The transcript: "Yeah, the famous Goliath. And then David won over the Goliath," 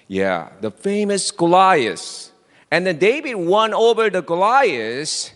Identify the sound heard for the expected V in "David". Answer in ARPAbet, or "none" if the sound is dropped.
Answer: B